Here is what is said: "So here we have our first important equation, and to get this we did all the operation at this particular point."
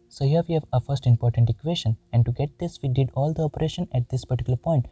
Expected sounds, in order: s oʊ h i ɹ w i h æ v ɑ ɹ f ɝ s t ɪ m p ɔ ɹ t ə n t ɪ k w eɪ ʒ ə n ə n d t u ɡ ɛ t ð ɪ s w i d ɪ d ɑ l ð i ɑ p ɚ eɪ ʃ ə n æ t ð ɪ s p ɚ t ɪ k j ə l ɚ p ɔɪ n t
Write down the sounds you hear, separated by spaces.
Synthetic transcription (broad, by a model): s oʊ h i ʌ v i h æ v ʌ f ɝ s t ɪ m p ɔ ɹ t ə n t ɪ k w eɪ ʃ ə n ə n d t u ɡ ɛ t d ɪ s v i d ɪ d ɑ l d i ɑ p ɚ eɪ ʃ ə n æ t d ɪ s p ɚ t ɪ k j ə l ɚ p ɔɪ n t